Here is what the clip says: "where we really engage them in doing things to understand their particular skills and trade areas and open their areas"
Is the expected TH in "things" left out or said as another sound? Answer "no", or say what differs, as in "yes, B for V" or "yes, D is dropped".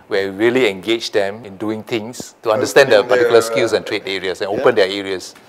yes, T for TH